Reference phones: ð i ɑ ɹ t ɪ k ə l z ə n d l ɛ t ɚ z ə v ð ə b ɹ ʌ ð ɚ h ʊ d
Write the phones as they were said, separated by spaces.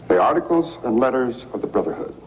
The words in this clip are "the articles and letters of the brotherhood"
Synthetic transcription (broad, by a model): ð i ɑ ɹ t ɪ k ə l z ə n l ɛ t ɚ z ə v ð ə b ɹ ʌ ð ɚ h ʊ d